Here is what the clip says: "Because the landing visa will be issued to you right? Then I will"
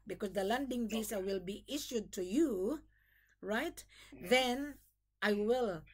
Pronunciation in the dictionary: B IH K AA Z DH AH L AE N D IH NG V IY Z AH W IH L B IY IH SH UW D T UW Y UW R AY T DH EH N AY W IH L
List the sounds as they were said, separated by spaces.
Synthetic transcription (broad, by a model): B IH K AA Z DH AH L AE N D IH NG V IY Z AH W IH L B IY IH SH UW D T UW Y UW R AY T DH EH N AY W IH L